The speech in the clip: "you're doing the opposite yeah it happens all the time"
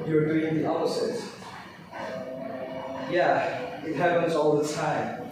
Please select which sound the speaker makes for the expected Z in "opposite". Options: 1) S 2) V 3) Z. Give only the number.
1